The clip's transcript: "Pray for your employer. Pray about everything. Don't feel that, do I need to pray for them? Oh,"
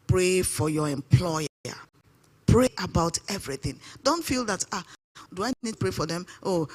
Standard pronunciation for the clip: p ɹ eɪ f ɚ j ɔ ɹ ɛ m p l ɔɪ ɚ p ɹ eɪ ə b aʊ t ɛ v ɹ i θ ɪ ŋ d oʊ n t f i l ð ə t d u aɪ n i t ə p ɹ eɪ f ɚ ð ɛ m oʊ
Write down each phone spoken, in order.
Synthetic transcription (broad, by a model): p ɹ eɪ f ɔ j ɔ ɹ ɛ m p l ɔɪ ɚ p ɹ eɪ ə b aʊ t ɛ v ɹ i θ ɪ ŋ d oʊ n t f i l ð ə t d u aɪ n i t p ɹ eɪ f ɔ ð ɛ m oʊ